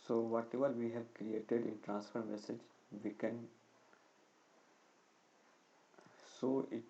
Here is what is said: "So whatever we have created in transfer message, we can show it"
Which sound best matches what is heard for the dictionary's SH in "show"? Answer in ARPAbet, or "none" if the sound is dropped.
S